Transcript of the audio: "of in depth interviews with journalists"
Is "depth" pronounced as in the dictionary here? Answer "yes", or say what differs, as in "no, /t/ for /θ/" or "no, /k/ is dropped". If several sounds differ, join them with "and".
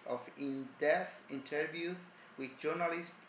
no, /p/ is dropped